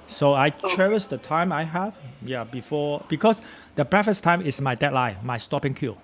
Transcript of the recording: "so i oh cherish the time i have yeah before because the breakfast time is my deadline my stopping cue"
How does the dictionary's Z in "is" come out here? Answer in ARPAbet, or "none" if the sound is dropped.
S